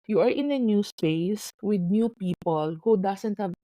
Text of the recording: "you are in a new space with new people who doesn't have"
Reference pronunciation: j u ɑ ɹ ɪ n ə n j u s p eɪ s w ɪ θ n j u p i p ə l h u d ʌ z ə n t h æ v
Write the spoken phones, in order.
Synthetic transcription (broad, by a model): j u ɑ ɹ ɪ n ə n j u s p eɪ s w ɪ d n j u p i p ə l h u d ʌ s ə n t h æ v